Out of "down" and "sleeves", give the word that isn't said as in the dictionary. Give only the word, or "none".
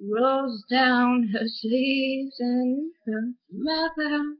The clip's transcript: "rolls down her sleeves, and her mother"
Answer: sleeves